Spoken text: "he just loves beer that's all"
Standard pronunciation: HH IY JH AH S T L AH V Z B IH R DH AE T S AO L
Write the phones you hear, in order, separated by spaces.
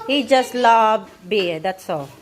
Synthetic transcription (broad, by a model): HH IY JH AH S T L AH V B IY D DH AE T S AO